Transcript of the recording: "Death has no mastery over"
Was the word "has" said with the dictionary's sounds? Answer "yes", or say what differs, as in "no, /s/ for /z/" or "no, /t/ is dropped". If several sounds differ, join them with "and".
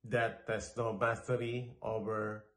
no, /s/ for /z/